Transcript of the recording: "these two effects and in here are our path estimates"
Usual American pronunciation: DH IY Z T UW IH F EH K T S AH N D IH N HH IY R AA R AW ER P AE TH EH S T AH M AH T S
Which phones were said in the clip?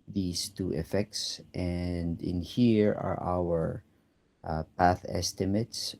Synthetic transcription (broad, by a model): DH IY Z T UW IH F EH K T S AH N D IH N HH IY R AA R AW ER P AE TH EH S T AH M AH T S